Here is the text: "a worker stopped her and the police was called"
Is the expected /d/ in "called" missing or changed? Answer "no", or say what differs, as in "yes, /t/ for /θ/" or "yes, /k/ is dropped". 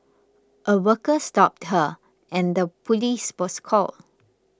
yes, /d/ is dropped